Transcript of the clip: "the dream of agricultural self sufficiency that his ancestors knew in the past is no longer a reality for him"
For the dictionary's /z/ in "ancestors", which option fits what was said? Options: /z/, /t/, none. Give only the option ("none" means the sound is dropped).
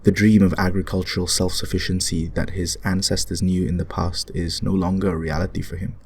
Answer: /z/